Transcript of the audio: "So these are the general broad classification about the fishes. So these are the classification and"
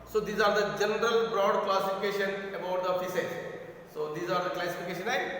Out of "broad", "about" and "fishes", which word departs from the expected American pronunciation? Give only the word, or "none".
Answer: fishes